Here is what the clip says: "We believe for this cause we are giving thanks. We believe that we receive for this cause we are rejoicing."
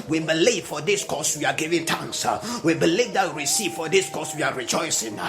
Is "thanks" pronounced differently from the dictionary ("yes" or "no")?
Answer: yes